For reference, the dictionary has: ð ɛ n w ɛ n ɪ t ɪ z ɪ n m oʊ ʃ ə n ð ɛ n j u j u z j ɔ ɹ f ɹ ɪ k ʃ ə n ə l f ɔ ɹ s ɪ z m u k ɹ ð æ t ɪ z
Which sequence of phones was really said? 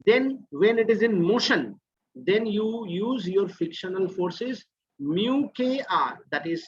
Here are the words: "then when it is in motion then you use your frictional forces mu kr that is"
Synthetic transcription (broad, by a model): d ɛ n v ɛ n ɪ t ɪ z ɪ n m oʊ ʃ ə n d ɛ n j u j u z j ɔ ɹ f ɪ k ʃ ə n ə l f ɔ ɹ s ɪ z m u k ɹ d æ t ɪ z